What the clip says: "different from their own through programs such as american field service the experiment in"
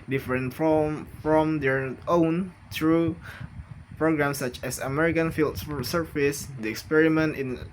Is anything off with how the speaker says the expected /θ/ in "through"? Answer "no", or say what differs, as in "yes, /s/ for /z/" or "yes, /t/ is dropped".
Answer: yes, /t/ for /θ/